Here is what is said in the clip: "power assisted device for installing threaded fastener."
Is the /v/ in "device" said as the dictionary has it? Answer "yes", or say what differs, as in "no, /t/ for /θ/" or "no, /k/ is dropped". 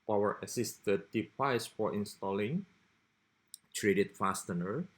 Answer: no, /p/ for /v/